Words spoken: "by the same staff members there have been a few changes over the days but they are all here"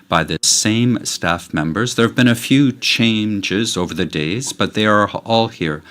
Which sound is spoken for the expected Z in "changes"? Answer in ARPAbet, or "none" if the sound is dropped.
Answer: Z